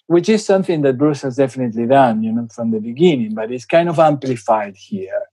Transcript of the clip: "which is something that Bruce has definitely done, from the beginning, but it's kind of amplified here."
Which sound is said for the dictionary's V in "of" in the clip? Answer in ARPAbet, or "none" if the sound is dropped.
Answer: V